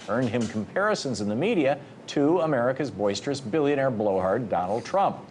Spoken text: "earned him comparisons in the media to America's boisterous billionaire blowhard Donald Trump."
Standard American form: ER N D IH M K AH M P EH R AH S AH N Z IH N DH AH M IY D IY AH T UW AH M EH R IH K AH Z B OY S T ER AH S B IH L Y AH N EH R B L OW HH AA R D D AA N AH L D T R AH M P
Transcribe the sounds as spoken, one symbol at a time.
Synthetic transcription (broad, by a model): ER N D IH M K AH M P EH R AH S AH N Z IH N DH AH M IY D IY AH T UW AH M EH R IH K AH Z B OY S T ER AH S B IH L Y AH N EH R B L OW HH AA R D D AA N L D T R AH M P